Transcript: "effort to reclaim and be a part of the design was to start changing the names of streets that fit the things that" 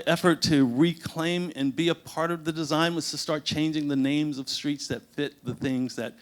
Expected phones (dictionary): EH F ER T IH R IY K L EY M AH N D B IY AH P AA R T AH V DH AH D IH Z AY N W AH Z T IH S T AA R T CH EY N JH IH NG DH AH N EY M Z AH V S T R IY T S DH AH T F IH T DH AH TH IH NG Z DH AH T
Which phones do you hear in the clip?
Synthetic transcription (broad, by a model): EH F ER T IH R IY K L EY M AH N B IY AH P AA R T AH V DH AH D IH Z AY N W AH Z T IH S T AA R T CH EY N JH IH NG DH AH N EY M Z AH V S T R IY T S DH AH T F IH T DH AH TH IH NG Z DH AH T